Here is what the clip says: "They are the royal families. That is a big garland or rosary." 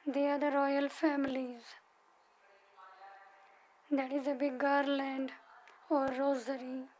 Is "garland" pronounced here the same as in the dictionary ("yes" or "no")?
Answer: yes